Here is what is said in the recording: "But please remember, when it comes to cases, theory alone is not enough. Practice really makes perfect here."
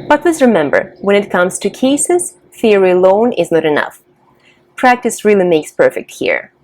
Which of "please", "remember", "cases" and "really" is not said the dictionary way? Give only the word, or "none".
please